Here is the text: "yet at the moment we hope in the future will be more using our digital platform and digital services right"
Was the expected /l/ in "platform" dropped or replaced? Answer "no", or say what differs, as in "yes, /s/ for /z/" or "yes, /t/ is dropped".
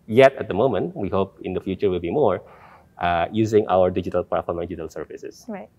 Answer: yes, /l/ is dropped